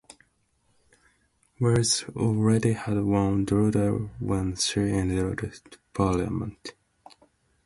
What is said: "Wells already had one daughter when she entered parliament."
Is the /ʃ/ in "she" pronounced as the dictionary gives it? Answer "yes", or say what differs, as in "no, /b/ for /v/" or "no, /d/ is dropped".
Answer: no, /s/ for /ʃ/